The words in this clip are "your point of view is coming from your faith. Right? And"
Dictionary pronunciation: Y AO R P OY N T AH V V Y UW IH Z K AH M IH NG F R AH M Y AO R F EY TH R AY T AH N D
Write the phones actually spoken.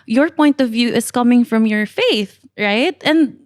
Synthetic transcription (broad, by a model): Y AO R P OY N T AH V V Y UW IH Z K AH M IH NG F R AH M Y AO R F EY TH R AY T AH N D